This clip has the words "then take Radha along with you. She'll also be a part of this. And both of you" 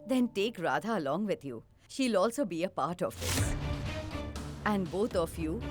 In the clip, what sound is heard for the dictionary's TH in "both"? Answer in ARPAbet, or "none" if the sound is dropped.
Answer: T